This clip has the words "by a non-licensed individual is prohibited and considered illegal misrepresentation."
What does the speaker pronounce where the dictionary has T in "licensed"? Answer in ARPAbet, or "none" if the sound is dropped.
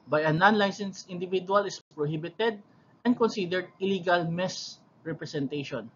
none